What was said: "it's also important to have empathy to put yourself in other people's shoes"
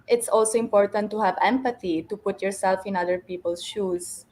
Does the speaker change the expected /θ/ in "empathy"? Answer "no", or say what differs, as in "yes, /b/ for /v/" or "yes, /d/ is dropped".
yes, /t/ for /θ/